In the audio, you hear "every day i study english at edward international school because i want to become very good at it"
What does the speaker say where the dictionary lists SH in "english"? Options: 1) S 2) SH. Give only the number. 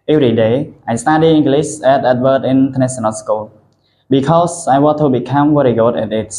1